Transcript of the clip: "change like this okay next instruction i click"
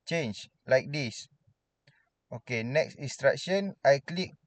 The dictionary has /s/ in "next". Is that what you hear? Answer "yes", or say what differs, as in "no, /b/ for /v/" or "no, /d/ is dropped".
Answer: yes